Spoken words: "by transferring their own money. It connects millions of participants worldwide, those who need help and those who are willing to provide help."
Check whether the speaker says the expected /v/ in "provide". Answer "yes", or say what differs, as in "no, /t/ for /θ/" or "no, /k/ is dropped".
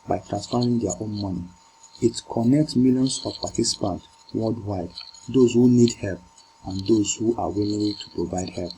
yes